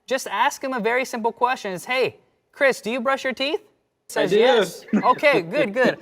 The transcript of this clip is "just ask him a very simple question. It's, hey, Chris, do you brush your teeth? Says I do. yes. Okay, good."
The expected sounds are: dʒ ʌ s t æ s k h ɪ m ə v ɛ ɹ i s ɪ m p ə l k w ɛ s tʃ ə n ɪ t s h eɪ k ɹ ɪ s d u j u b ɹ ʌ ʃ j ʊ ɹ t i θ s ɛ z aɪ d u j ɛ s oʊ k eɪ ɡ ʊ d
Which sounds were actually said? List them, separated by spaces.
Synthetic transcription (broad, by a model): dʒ ʌ s t æ s k h ɪ m ə v ɛ ɹ i s ɪ m p l k w ɛ s tʃ ə n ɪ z h eɪ k ɹ ɪ s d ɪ j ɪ b ɹ ʌ ʃ j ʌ ɹ t i θ s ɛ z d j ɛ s oʊ k eɪ ɡ ʊ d